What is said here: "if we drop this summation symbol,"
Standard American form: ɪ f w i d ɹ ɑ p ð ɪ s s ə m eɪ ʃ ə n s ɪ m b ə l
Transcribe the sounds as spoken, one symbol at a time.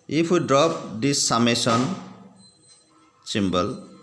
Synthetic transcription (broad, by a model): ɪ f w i d ɹ ɑ p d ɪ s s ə m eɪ s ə n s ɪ m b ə l